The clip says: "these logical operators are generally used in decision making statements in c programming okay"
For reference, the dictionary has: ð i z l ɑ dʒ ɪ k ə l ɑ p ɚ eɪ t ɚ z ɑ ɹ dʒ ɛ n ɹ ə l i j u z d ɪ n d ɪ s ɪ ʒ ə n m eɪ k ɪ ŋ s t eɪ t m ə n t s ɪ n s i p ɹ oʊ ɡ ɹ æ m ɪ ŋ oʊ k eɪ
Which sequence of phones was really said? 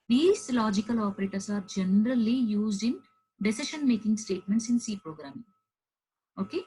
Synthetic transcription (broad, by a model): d i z l ɑ dʒ ɪ k ə l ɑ p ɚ eɪ t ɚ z ɑ ɹ dʒ ɛ n ɹ ə l i j u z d ɪ n d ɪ s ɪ ʃ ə n m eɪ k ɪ ŋ s t eɪ t m ə n t s ɪ n s i p ɹ oʊ ɡ ɹ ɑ m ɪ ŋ oʊ k eɪ